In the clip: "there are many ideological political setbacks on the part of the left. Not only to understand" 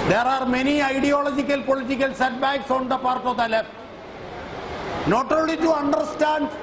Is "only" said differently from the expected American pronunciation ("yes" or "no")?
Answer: yes